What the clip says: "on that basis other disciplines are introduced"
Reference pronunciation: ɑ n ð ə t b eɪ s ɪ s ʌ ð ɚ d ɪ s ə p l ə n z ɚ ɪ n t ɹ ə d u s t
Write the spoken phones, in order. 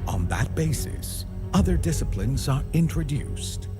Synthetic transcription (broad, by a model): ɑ n ð ə t b eɪ s ɪ s ʌ ð ɚ d ɪ s ə p l ə n z ɚ ɪ n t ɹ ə d u s t